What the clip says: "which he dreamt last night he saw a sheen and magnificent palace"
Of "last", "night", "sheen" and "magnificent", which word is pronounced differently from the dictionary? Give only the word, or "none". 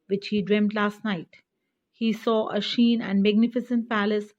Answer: none